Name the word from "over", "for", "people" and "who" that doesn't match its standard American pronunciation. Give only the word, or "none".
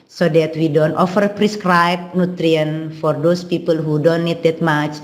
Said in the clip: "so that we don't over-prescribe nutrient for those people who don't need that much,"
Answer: over